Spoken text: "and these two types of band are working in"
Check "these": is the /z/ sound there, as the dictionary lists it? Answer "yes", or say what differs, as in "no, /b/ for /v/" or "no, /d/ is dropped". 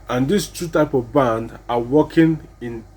no, /s/ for /z/